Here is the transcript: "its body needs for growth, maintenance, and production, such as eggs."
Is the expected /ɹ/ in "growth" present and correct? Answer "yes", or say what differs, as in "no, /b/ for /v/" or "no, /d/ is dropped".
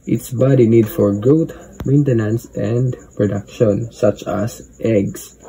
no, /ɹ/ is dropped